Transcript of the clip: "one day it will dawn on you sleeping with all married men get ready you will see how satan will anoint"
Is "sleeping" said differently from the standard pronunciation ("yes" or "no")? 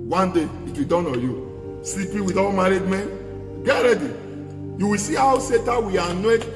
yes